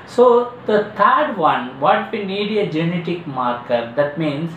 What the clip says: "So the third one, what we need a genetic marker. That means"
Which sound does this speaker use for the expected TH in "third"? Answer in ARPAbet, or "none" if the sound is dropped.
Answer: T